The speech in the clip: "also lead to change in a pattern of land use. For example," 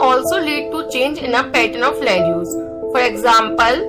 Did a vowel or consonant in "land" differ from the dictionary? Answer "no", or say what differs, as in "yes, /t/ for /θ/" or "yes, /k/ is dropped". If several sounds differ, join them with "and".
yes, /n/ is dropped